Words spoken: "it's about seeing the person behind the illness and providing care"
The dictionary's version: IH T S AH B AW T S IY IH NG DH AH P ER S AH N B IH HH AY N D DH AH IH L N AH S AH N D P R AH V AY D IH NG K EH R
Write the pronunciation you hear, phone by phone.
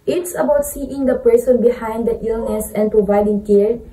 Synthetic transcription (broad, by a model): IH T S AH B AW T S IY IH NG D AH P ER S AH N B IH HH AY N D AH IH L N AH S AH N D P R AH V AY D IH NG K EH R